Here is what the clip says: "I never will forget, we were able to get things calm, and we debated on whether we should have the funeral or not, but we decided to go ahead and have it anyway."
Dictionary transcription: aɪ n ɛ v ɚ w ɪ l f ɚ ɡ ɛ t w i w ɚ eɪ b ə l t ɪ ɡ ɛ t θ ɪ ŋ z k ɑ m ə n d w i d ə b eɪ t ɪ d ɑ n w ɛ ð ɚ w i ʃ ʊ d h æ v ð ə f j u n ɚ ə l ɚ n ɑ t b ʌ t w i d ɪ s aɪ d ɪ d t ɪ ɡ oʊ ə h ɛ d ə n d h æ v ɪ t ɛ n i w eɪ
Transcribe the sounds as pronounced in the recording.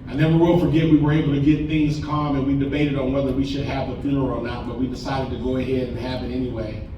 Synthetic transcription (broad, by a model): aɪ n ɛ w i w ɪ l f ɚ ɡ ɛ t w i w ɚ eɪ b l t ɪ ɡ ɛ t θ ɪ ŋ z k ɑ m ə n w i d ə b eɪ t ɪ d n w ɛ ð ɚ w i ʃ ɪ d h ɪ v ð ə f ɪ ɚ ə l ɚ n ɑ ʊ b ʌ t w i d ɪ s aɪ d ɪ d t ɪ ɡ oʊ ə h ɛ d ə n h æ v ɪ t ɛ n i w eɪ